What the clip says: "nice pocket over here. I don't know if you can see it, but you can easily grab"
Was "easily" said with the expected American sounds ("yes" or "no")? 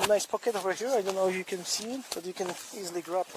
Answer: yes